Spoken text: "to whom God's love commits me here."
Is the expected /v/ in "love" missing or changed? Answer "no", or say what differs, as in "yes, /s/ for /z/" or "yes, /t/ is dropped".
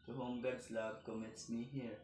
yes, /b/ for /v/